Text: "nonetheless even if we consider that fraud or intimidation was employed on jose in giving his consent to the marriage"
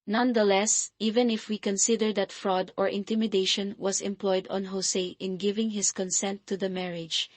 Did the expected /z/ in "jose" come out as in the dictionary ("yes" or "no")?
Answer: no